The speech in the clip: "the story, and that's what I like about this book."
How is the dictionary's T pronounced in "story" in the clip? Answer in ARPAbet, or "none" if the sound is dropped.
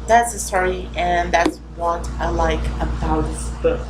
S